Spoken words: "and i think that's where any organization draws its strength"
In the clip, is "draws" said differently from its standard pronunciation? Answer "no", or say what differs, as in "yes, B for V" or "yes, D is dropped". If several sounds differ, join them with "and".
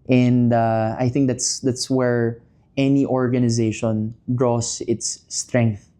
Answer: yes, S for Z